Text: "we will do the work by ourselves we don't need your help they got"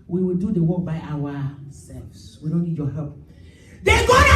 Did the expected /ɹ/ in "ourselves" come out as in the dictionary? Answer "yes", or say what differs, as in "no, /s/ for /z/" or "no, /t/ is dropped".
no, /w/ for /ɹ/